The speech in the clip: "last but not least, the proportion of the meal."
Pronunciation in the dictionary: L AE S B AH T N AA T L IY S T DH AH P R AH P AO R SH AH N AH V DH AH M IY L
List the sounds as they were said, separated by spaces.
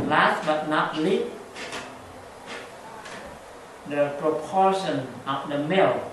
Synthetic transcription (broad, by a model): L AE S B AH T N AA T L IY T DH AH P R AH P AO R SH AH N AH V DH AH M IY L